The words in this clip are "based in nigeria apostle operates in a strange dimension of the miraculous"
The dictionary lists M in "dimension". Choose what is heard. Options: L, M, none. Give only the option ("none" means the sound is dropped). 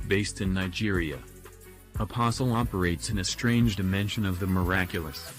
M